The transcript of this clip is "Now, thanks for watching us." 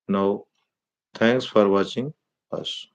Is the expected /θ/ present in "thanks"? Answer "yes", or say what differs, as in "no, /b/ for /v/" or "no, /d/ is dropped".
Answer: no, /t/ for /θ/